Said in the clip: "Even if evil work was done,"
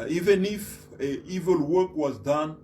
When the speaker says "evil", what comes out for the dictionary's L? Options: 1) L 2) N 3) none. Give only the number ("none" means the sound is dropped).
1